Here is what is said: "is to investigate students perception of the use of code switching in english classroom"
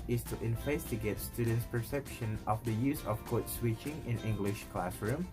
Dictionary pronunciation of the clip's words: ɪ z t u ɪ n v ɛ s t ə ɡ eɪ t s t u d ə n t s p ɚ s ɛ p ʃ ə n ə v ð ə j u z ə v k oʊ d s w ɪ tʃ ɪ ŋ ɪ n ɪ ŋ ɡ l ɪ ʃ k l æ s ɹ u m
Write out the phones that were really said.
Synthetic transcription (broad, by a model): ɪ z t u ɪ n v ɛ s t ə ɡ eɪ t s t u d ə n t s p ɚ s ɛ p ʃ ə n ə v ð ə j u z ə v k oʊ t s w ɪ tʃ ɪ ŋ ɪ n ɪ ŋ ɡ l ɪ ʃ k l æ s ɹ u m